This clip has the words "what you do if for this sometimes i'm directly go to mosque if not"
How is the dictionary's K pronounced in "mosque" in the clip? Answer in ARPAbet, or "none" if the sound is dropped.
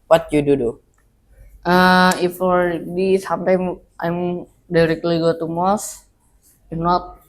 none